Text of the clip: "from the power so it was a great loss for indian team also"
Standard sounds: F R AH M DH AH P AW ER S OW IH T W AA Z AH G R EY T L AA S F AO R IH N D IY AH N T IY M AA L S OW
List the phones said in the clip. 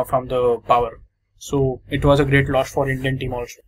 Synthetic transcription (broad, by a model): F R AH M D AH P AW ER S OW IH T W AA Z AH G R EY T L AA SH F AO R IH N D IY AH N T IY M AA L S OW